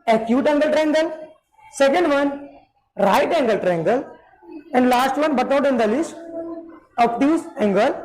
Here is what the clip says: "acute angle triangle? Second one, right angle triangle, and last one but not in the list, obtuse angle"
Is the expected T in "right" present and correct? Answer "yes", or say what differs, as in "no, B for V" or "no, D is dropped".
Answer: yes